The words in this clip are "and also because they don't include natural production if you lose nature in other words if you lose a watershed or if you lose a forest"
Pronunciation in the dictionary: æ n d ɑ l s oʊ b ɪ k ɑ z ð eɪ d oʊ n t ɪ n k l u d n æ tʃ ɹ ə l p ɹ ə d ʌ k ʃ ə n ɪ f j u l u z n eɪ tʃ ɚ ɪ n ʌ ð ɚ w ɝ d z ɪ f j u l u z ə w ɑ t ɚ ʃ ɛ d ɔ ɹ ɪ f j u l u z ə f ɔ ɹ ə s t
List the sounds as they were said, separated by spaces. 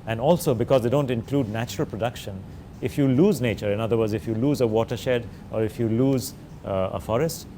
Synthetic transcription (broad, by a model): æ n d ɑ l s oʊ b ɪ k ɑ z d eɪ d oʊ n t ɪ n k l u d n æ tʃ ɹ ə l p ɹ ə d ʌ k ʃ ə n ɪ f j u l u z n eɪ tʃ ɚ ɪ n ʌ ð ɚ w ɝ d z ɪ f j u l u z ə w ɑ t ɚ ʃ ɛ d ɔ ɹ ɪ f j u l u z ə f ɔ ɹ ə s t